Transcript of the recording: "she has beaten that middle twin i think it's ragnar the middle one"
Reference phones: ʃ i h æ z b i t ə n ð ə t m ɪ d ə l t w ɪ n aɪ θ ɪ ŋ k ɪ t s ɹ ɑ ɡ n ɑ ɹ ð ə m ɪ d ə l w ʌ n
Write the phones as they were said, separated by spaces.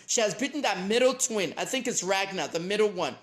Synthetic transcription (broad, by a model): ʃ i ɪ z b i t n ð ə t m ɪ d l t w ɪ n aɪ θ ɪ ŋ k ɪ t s ɹ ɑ ɡ n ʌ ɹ ð ə m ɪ d l w ʌ n